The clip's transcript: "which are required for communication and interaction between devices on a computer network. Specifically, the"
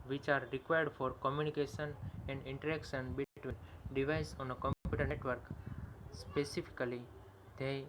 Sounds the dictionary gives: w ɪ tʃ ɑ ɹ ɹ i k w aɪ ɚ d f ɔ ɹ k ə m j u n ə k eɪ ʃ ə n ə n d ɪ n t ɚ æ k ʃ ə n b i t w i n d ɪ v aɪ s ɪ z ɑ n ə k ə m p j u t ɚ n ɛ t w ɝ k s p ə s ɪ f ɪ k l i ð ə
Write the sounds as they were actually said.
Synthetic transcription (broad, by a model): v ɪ tʃ ɑ ɹ ɹ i k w aɪ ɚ d f ɔ ɹ k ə m j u n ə k eɪ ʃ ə n ə n d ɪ n t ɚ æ k s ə n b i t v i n d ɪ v aɪ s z ɑ n ə k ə m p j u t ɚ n t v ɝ k s p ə s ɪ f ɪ k l i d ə